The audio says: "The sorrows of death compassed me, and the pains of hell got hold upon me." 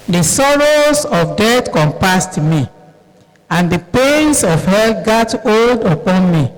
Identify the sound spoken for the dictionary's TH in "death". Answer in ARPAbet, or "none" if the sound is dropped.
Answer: T